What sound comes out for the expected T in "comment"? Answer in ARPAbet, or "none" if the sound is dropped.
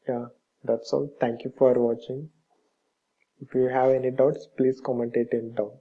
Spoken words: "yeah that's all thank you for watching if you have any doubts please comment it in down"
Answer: T